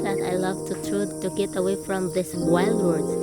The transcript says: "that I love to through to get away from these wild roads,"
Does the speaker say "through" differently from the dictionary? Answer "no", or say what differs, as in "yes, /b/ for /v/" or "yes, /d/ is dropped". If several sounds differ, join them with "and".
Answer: yes, /t/ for /θ/